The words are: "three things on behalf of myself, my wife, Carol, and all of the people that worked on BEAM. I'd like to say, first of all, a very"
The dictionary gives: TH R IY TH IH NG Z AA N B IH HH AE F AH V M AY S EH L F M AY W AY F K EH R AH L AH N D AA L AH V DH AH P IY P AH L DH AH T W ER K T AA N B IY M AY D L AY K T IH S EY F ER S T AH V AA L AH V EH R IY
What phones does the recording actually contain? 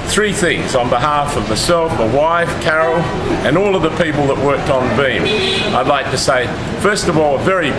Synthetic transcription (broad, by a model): TH R IY TH IH NG Z N B IH HH AE F AH V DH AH S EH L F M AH W AY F K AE R L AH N AA L AH V DH AH P IY P L DH AH T W ER K T N B IY M AY D L AY K T IH S EY F ER S T AH V AA L AH V EH R IY